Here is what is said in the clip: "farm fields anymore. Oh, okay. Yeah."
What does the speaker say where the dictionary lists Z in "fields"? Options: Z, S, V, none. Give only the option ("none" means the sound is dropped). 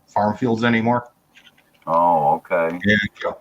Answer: Z